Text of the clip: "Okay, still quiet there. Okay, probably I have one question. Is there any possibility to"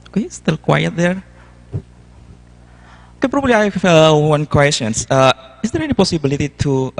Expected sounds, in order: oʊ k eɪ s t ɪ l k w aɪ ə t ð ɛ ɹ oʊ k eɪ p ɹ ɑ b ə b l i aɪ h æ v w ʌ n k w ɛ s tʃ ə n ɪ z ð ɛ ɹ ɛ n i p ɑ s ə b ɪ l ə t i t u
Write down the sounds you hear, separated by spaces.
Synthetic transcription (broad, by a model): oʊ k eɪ s t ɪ l k w aɪ ə t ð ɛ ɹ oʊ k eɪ p ɹ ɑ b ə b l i aɪ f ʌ w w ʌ n k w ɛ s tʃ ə n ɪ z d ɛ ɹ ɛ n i p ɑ s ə b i l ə t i t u